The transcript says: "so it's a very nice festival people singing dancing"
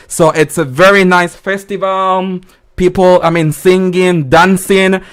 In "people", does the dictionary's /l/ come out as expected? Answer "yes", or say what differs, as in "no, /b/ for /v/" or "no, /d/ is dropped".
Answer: no, /n/ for /l/